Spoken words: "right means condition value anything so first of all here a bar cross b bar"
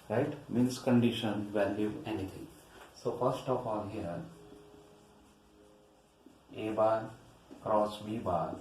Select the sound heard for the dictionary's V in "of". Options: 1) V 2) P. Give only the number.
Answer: 2